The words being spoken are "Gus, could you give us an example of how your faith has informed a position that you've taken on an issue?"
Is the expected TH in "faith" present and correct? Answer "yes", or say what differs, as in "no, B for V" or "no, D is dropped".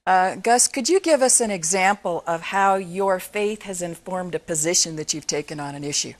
yes